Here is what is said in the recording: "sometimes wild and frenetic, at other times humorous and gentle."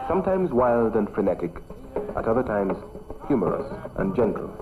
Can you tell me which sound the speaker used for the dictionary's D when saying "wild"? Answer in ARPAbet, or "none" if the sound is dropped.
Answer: D